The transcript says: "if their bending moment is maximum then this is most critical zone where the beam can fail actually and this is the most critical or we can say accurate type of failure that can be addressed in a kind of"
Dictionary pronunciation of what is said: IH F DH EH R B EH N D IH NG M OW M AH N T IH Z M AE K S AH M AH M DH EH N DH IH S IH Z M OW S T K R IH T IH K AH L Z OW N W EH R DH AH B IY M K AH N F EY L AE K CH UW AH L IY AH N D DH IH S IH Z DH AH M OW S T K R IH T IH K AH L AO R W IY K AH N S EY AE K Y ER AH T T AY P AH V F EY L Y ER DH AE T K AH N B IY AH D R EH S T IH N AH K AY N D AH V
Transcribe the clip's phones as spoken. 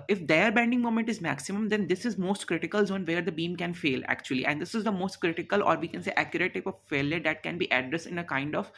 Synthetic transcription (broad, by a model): IH F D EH R B EH N D IH NG M OW M AH N T IH Z M AE K S AH M AH M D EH N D IH S IH Z M OW S T K R IH T IH K AH L Z OW N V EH R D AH B IY M K AH N F EY L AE K CH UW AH L IY AH N D IH S IH Z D AH M OW S T K R IH T IH K AH L AO R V IY K AH N S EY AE K Y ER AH T T AY P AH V F EY L Y ER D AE T K AH N B IY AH D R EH S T IH N AH K AY N D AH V